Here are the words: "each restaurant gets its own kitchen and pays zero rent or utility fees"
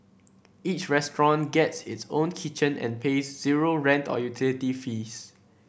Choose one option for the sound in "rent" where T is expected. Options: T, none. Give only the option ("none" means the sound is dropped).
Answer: T